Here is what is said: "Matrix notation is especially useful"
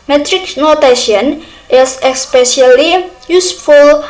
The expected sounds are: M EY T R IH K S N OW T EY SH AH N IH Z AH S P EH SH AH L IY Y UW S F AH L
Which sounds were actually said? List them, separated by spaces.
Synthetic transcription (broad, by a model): M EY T R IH K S N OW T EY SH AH N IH S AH S P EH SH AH L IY Y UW S F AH L